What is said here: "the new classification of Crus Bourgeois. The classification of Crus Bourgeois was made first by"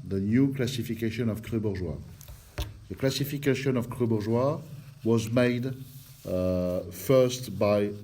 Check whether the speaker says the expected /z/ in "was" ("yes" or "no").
yes